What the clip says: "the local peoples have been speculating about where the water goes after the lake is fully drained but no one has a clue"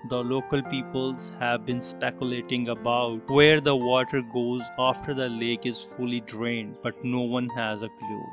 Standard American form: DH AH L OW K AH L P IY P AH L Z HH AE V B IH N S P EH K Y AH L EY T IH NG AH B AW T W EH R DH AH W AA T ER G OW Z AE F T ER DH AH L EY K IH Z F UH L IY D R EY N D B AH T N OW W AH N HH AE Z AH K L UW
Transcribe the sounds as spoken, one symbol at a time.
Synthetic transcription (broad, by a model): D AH L OW K AH L P IY P AH L Z HH AE V B IH N S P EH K Y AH L EY T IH NG AH B AW T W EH R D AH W AA T ER G OW Z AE F T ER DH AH L EY K IH Z F UH L IY D R EY N D B AH T N OW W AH N HH AE Z AH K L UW